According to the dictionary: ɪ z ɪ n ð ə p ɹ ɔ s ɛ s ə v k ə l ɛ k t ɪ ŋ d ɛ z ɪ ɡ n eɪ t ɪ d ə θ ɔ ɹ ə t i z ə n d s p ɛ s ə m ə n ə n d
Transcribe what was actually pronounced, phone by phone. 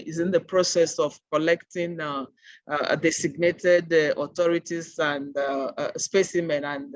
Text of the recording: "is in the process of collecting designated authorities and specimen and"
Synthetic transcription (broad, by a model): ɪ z ɪ n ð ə p ɹ ɔ s ɛ s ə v k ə l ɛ k t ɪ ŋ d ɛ s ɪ ɡ n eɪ t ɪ d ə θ ɔ ɹ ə t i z ə n d s p ɛ s ə m ə n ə n